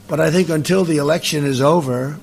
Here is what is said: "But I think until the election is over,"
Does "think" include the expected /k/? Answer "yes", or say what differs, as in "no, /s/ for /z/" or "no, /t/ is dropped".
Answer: yes